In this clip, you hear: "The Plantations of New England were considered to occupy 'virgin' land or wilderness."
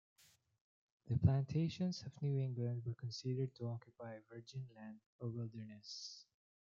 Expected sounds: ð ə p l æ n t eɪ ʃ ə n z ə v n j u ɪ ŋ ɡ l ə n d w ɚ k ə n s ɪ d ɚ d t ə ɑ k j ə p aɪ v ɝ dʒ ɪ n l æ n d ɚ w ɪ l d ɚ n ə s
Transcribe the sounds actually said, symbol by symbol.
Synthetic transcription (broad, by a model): ð ə p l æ n t eɪ ʃ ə n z ə v n j u ɪ ŋ ɡ l ə n d w ɚ k ə n s ɪ d ɚ d t ə ɑ k j ə p aɪ v ɝ dʒ ɪ n l æ n d ɚ w ɪ l d ɚ n ə s